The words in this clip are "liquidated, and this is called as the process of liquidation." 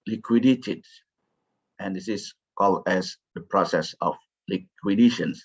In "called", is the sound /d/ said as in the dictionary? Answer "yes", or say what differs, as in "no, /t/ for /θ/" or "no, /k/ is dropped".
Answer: no, /d/ is dropped